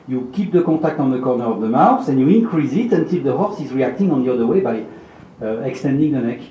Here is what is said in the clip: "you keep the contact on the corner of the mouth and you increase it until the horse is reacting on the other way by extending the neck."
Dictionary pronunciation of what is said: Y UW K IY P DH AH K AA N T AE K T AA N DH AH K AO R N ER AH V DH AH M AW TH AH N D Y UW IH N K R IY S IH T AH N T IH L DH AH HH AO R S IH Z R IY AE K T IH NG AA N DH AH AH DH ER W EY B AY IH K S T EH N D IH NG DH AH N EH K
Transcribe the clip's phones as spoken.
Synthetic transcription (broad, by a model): Y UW K IY P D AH K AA T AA K T AA N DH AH K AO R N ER AH V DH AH M AW S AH N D Y UW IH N K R IY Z IH T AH N T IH L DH AH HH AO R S IH Z R IY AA K T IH NG AA N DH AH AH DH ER W EY B AY IH K S T EH N D IH NG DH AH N EH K